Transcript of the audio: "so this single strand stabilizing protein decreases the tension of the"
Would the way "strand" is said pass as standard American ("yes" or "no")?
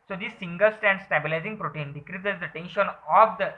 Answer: no